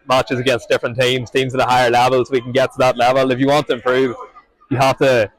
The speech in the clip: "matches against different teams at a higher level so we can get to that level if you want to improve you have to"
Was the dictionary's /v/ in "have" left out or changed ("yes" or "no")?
yes